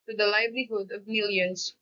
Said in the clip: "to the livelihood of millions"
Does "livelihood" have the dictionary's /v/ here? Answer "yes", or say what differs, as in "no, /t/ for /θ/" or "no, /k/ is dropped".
yes